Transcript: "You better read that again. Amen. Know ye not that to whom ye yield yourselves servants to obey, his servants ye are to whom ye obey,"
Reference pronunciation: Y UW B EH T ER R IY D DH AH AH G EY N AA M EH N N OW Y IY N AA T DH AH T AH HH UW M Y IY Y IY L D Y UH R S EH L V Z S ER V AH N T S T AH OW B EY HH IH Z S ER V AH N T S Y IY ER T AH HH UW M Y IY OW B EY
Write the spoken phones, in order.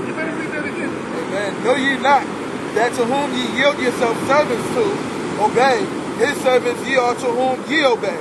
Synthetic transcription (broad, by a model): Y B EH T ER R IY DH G EY AA M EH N N OW Y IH N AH T DH AH T AH HH UW M Y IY Y IY L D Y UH R S EH L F S ER V AH N T S T AH OW B EY HH IH Z S ER V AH N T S Y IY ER T AH HH UW M Y IY OW B EY